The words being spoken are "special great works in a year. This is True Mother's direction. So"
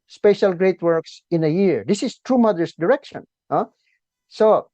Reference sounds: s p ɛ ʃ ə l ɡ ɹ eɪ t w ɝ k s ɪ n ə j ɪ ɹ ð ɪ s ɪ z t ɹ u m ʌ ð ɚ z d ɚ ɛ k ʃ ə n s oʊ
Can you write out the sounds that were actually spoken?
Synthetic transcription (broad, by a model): s p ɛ ʃ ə l ɡ ɹ eɪ t w ɝ k s ɪ n ə j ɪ ɹ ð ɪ s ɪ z t ɹ u m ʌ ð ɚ s d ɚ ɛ k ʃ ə n s oʊ